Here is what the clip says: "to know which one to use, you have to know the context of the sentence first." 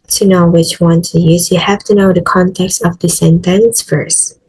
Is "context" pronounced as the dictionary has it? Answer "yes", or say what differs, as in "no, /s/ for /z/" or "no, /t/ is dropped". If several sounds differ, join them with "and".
yes